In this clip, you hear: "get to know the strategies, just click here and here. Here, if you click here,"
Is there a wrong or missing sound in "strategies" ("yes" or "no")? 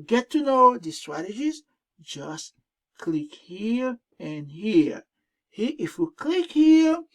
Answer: no